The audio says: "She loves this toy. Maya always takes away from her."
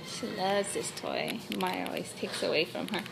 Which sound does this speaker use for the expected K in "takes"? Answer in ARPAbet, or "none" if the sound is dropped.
K